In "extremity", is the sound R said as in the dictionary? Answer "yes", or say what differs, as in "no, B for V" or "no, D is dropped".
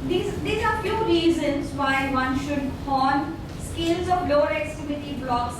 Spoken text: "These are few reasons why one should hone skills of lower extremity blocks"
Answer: no, R is dropped